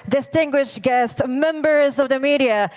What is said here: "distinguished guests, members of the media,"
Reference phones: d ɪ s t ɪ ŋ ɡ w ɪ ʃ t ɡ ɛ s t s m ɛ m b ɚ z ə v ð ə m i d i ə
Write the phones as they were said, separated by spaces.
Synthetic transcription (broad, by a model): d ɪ s t ɪ ŋ ɡ w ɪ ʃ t ɡ ɛ s t s m ɛ m b ɚ z ə v ð ə m i d i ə